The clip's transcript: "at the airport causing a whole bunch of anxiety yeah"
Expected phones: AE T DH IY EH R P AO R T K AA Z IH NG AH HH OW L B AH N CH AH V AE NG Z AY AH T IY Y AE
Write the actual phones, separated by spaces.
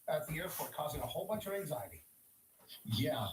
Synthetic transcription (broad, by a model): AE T DH IY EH R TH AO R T K AA Z IH NG AH HH OW L B AH N CH AH V AE NG Z AY AH T IY Y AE